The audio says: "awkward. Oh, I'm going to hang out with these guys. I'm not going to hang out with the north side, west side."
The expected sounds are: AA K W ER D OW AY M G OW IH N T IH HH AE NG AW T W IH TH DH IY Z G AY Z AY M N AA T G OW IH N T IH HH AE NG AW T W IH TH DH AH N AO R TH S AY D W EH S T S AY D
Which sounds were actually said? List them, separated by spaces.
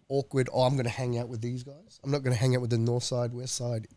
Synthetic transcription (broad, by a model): AA K W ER D OW AY M G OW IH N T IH HH AE NG AW T W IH DH IY Z G AY Z AY M N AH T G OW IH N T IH HH AE NG AW T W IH DH AH N AO R TH S AY D W EH S T S AY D